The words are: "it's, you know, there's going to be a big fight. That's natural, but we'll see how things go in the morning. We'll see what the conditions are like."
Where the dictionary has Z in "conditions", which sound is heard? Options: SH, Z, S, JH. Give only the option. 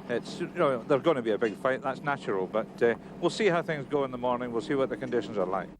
Z